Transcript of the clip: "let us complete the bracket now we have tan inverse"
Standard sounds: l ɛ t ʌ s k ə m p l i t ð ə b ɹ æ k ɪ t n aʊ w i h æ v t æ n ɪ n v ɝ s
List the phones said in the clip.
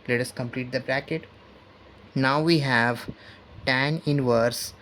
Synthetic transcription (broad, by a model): l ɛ t ʌ s k ə m p l i t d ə b ɹ æ k ɪ t n aʊ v i h æ v t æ n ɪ n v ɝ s